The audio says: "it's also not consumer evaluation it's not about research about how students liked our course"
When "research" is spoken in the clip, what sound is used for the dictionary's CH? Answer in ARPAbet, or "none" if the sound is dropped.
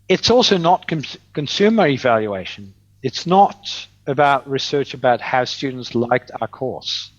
CH